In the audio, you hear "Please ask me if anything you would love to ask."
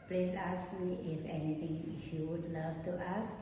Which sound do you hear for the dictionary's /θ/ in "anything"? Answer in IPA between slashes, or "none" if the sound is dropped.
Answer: /t/